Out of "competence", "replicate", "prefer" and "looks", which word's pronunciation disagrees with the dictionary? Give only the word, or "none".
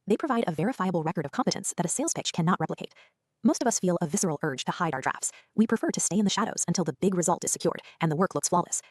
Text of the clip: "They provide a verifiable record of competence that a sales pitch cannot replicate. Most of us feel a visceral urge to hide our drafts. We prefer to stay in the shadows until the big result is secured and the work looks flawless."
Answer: none